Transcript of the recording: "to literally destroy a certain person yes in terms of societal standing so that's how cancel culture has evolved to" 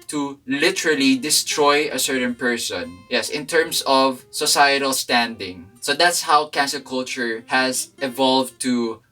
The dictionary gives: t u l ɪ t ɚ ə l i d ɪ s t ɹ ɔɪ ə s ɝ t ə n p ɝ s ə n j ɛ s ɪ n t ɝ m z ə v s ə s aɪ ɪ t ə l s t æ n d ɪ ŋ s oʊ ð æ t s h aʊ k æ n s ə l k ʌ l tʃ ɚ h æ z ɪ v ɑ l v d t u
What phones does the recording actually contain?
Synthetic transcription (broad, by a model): t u l ɪ t ɚ ə l i d ɪ s t ɹ ɔɪ ə s ɝ t ə n p ɝ s ə n j ɛ s ɪ n t ɝ m s ə v s ə s aɪ ɪ t ə l s t æ n d ɪ ŋ s oʊ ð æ t s h aʊ k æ n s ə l k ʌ l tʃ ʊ h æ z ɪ v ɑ l v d t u